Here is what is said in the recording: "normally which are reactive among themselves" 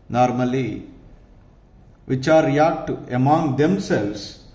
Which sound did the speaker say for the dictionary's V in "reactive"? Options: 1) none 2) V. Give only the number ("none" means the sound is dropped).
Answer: 1